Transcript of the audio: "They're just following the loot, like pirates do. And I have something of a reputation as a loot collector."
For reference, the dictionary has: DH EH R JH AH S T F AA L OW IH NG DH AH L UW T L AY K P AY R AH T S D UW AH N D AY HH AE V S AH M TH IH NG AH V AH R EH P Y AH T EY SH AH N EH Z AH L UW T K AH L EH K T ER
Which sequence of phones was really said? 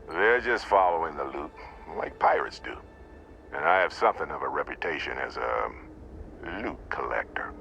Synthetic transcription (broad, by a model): DH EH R JH AH S T F AA L OW IH NG DH AH L UW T L AY K P AY R AH T S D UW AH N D AY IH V S AH M TH IH NG AH V AH R EH P Y AH T EY SH AH N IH Z AH L UW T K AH L EH K T ER